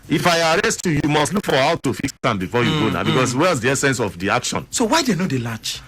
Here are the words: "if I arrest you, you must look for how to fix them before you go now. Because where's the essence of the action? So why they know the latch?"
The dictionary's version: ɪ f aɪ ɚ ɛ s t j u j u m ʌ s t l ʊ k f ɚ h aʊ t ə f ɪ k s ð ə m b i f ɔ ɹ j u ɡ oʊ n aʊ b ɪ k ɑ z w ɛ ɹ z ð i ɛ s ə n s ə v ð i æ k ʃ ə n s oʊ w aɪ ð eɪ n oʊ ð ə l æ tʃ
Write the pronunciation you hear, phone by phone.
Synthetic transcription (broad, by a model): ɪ f aɪ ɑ ɛ s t j u j u m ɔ s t l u k f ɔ h aʊ t ə f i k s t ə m b i f ɔ j u ɡ oʊ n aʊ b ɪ k ɑ s w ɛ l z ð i ɛ s ə n s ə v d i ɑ k ʃ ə n s oʊ w aɪ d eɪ n oʊ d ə l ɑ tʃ